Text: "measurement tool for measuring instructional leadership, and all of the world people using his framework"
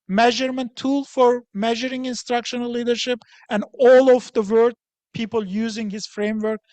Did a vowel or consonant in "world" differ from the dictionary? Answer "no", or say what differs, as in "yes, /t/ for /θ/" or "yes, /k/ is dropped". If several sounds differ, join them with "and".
yes, /l/ is dropped